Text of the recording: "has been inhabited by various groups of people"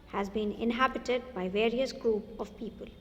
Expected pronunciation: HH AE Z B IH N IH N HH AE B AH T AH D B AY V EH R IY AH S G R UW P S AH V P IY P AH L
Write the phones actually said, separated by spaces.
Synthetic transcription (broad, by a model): HH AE Z B IH N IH N HH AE B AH T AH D B AY V EH R IY AH S G R UW P AH V P IY P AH L